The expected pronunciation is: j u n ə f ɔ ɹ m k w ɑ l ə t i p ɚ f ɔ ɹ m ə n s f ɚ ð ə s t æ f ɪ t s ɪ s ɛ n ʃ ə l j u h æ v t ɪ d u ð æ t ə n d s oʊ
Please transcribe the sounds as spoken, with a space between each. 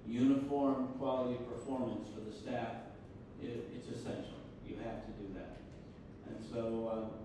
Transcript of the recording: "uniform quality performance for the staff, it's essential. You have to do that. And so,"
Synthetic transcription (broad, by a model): j u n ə f ɔ ɹ m k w ɑ l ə t i p ɚ f ɔ ɹ m ə n s f ɚ ð ə s t æ f ɪ t s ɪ s ɛ n ʃ l j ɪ h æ f t ɪ d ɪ ð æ t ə n s oʊ